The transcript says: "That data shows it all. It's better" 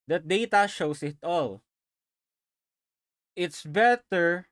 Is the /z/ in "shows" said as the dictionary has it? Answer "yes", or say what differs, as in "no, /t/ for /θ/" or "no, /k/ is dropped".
no, /s/ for /z/